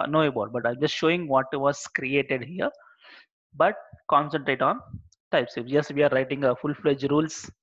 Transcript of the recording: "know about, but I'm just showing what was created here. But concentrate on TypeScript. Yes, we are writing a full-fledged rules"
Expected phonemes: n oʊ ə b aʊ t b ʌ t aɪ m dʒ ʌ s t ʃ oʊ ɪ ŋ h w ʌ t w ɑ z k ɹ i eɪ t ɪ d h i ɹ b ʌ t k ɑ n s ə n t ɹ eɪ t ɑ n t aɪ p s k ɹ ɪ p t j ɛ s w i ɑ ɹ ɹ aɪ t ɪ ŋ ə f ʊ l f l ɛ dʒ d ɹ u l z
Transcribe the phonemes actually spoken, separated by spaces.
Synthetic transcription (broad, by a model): n oʊ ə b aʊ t b ʌ t aɪ m dʒ ʌ s t ʃ oʊ ɪ ŋ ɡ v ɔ t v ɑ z k ɹ i eɪ t ɪ d h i ɹ b ʌ t k ɑ n s ə n t ɹ eɪ t ɑ n t aɪ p s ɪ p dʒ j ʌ s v i ɑ ɹ ɹ aɪ t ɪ ŋ ə f ʊ l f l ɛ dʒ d ɹ u l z